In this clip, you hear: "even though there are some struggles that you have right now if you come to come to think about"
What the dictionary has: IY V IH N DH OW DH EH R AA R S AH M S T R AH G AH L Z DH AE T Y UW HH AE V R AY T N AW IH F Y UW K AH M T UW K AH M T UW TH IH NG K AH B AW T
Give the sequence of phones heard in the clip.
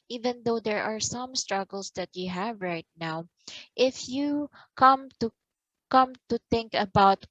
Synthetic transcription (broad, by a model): IY V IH N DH OW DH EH R AA R S AH M S T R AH G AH L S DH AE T Y UW HH AE V R AY T N AW IH F Y UW K AH M T UW K AH M T UW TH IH NG K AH B AW T